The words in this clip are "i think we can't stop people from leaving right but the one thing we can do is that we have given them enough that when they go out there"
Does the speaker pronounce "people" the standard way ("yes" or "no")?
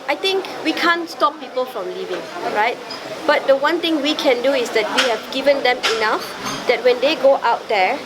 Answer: yes